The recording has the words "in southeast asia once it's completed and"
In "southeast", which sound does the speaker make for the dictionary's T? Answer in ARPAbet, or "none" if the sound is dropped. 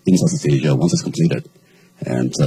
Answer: none